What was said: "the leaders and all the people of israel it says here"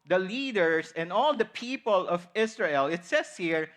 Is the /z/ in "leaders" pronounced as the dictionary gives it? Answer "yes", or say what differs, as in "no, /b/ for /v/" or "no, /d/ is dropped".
no, /s/ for /z/